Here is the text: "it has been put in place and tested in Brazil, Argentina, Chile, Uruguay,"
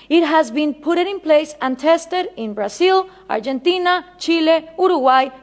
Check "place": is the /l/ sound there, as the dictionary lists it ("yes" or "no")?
yes